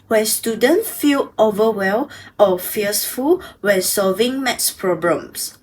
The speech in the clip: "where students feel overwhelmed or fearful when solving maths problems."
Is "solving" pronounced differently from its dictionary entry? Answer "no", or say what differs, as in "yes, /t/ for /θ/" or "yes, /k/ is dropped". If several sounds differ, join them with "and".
no